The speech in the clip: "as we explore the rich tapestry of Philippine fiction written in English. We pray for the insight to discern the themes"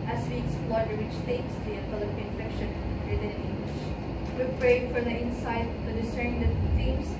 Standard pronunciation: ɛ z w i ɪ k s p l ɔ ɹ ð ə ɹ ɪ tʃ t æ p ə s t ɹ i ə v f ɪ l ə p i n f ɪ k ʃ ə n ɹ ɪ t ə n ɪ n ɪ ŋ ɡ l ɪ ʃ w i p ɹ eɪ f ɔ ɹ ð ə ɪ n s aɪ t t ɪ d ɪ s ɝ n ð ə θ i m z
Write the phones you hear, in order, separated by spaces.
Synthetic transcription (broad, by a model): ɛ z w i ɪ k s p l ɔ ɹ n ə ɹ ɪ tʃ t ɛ ə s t i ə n f ɪ l ə p i n f ɪ k ʃ ə n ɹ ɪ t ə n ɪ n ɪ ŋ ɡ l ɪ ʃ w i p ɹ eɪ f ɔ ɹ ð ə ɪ n s aɪ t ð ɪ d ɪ s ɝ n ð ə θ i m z